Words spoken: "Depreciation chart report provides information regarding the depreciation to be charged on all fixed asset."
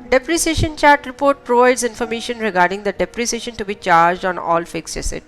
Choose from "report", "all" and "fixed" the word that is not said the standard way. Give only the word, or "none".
fixed